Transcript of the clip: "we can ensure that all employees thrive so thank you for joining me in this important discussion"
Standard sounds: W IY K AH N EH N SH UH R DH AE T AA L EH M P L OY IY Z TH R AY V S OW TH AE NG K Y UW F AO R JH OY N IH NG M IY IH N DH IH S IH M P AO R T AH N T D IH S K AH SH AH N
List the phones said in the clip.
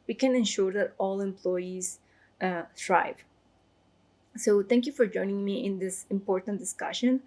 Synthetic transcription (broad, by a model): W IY K AH N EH N SH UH R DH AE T AA L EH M P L OY IY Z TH R AY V S OW T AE NG K Y UW F AO R JH OY N IH NG M IY IH N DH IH S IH M P AO R T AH N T D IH S K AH SH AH N